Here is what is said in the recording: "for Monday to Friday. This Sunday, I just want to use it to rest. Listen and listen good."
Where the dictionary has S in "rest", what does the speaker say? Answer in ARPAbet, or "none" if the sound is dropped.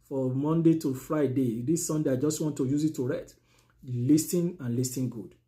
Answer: none